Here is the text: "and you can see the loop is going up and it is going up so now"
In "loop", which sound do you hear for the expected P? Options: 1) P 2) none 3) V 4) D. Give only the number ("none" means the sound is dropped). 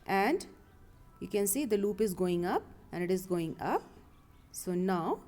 1